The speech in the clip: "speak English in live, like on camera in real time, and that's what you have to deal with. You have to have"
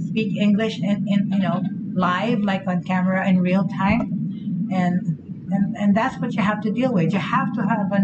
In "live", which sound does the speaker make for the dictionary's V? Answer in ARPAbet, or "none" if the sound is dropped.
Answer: V